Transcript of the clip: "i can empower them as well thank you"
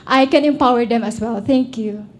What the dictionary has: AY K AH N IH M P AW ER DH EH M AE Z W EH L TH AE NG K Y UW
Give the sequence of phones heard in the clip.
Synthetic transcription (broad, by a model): AY K AH N IH M P AW ER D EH M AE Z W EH L T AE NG K Y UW